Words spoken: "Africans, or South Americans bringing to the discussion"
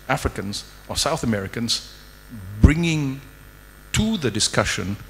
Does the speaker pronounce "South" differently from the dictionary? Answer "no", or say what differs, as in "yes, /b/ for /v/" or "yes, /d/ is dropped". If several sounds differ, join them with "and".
no